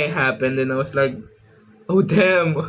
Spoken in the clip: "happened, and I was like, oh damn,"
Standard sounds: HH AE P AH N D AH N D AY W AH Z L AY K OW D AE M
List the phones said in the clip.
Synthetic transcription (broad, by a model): HH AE P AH N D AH N AY W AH S L AY K OW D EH M